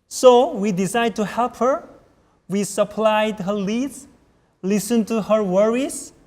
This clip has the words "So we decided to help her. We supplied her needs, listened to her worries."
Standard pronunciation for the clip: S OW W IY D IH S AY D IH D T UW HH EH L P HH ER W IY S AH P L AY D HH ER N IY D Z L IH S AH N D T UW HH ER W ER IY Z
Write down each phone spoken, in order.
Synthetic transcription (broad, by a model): S OW W IY D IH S AY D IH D T UW HH EH L P HH ER W IY S AH P L AY D HH ER L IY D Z L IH S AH N T UW HH ER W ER IY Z